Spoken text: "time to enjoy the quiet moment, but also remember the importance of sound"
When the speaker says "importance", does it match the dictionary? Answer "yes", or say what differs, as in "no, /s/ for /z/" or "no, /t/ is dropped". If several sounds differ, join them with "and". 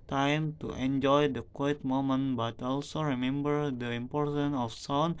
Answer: no, /s/ is dropped